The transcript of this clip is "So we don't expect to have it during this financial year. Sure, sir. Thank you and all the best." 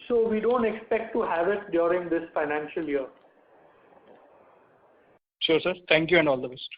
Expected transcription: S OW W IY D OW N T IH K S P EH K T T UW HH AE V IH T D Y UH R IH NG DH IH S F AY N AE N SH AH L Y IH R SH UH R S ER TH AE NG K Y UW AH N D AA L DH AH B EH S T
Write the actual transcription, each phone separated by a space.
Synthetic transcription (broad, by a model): S OW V IY D OW N T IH K S P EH K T T UW HH AE V IH T D Y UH R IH NG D IH S F AY N AE N SH AH L Y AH R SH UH R S ER T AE NG K Y UW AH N D AA L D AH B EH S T